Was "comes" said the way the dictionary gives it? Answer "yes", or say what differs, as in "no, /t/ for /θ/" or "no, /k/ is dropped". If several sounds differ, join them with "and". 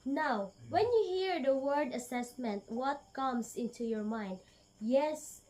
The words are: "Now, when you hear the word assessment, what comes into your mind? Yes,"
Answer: no, /s/ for /z/